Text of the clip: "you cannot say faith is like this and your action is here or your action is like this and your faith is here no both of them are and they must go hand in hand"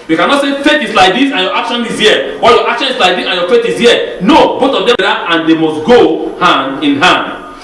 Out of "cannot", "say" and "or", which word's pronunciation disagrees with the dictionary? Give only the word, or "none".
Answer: or